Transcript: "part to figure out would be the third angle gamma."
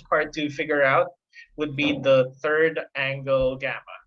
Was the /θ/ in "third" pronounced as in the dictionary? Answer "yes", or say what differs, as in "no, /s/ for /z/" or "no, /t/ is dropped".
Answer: yes